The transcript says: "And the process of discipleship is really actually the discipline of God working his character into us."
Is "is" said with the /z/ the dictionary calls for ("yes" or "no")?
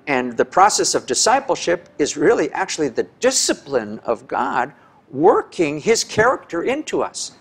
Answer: yes